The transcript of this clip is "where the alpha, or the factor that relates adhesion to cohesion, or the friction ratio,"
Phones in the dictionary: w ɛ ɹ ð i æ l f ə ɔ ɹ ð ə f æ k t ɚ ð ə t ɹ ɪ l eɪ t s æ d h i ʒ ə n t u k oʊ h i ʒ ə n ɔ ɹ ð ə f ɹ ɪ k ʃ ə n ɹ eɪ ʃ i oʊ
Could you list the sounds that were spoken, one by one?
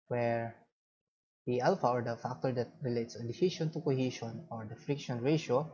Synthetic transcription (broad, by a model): w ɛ ɹ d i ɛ l f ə ɔ ɹ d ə f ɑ k t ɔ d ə t ɹ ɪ l eɪ t s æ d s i ʃ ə n t u k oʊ h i ʃ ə n ɔ ɹ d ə f ɹ ɪ k ʃ ə n ɹ eɪ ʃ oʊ